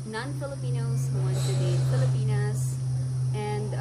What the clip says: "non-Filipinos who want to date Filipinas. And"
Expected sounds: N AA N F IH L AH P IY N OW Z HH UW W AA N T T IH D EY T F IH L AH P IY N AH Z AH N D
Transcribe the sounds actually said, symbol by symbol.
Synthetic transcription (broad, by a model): N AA N F IH L AH P IY N OW Z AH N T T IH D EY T F IH L AH P IY N AH Z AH N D